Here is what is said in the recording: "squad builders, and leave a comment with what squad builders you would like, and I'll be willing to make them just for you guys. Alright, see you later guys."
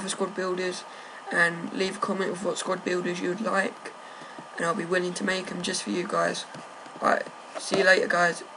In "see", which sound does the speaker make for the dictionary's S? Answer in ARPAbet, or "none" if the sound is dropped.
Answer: S